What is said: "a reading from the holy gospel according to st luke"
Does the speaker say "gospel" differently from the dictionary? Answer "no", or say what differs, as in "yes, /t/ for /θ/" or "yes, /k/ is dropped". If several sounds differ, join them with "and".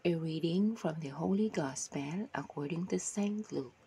yes, /n/ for /l/